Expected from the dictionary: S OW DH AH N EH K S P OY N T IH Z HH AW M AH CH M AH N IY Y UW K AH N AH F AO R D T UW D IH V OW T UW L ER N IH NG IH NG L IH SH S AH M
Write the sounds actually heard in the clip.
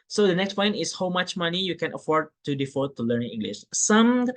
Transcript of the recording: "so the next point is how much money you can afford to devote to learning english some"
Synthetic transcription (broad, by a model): S OW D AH N EH K S P OY N T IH S HH AW M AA CH M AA N IY Y UW K AH N AH F AO R D T UW D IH F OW T UW L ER N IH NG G L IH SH S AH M